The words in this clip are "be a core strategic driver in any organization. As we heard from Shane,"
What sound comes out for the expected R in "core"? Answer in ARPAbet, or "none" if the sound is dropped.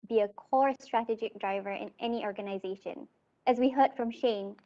R